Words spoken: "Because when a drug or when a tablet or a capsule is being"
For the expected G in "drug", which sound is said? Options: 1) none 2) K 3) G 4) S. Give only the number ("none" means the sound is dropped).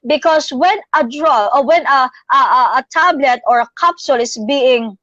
1